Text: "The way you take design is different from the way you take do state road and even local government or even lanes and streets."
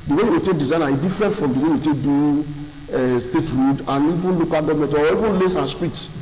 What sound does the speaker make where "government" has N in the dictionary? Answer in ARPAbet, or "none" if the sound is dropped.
none